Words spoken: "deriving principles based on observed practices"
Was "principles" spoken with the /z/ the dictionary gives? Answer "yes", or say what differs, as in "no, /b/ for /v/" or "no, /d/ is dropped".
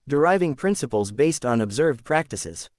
yes